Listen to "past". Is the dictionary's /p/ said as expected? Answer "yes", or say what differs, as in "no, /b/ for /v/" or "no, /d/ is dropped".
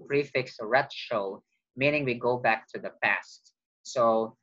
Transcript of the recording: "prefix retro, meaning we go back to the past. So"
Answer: yes